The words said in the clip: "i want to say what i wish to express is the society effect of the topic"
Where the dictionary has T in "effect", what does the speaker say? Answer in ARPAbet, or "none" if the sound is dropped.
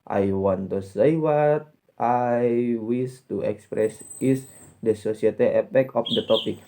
none